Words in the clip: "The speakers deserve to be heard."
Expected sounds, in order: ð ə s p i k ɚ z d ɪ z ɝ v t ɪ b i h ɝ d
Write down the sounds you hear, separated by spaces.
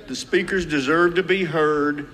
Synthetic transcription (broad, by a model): ð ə s p i k ɚ z d ɪ z ɝ v t ɪ b i h ɝ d